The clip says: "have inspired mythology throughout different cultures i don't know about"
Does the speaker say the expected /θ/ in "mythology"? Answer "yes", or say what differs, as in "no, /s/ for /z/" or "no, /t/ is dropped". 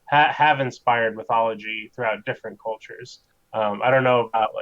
yes